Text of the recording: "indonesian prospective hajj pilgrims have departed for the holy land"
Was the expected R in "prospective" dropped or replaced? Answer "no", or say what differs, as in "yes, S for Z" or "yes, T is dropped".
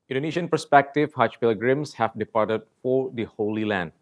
yes, R is dropped